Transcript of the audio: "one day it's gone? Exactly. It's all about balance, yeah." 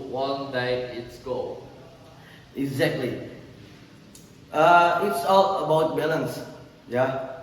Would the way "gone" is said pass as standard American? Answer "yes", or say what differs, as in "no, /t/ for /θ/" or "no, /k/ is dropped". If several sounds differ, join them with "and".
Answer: no, /n/ is dropped